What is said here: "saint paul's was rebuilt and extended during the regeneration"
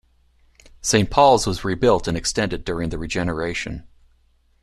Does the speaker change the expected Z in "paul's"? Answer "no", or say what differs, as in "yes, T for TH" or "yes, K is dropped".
no